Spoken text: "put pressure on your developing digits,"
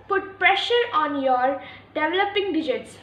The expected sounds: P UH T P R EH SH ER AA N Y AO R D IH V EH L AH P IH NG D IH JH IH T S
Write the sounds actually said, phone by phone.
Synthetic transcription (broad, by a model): P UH T P R EH SH ER AA N Y AO R D IH V EH L AH P IH NG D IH JH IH T S